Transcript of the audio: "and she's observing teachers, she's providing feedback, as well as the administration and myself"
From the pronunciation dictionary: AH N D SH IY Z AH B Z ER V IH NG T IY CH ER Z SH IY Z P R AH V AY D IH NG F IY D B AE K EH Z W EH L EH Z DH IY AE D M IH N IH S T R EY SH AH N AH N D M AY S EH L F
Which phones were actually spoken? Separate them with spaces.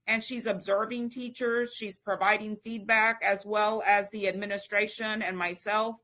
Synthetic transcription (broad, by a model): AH N SH IY Z AH B Z ER V IH NG T IY CH ER Z SH IY Z P R AH V AY D IH NG F IY D B AE K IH Z W EH L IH Z DH IY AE D M IH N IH S T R EY SH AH N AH N M AY S EH L F